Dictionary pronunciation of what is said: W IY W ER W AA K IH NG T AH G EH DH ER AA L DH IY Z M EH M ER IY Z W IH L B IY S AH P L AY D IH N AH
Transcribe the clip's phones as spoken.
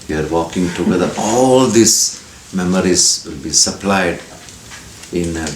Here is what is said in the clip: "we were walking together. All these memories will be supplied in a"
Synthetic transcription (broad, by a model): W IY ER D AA K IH NG T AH G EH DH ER AA L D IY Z M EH M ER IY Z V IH L B IY S AH P L AY D IH N